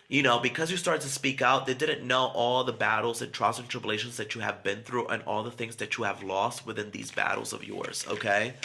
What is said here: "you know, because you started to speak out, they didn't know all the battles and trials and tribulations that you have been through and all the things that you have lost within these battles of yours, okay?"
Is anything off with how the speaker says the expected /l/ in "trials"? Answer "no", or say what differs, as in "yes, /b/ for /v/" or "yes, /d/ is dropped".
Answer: yes, /l/ is dropped